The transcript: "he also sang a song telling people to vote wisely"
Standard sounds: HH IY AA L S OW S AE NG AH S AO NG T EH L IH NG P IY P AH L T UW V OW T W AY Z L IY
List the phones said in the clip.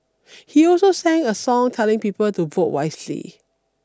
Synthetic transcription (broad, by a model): HH IY AA L S OW S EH NG AH S AO NG T EH L IH NG P IY P AH L T UW V OW T W AY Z L IY